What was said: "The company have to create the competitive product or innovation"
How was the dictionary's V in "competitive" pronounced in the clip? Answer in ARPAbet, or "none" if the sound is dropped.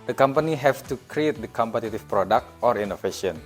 F